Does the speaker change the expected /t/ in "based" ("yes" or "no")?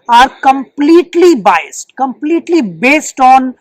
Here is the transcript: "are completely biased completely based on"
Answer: no